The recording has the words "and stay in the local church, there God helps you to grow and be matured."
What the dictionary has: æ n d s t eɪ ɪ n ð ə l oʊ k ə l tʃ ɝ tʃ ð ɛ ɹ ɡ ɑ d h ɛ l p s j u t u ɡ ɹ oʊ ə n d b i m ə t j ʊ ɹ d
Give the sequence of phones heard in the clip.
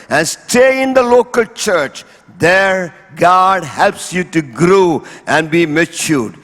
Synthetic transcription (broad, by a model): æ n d s t eɪ ɪ n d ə l oʊ k ə l tʃ ɝ tʃ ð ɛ ɹ ɡ ɑ d h ɛ l p s j u t u ɡ ɹ oʊ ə n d b i m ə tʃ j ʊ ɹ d